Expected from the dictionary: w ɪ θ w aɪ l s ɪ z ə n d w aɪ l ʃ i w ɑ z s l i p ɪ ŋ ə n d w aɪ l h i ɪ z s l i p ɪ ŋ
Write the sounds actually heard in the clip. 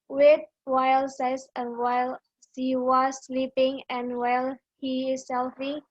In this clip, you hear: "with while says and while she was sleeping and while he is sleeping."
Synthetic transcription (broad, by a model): w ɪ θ w aɪ l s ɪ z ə n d w aɪ l s i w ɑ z s l i p ɪ ŋ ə n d w aɪ l h i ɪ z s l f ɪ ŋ